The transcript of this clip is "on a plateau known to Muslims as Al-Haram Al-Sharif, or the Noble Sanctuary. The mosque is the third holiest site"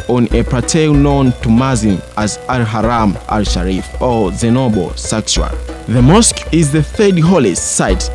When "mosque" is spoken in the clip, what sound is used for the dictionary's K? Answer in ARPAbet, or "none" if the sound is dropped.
K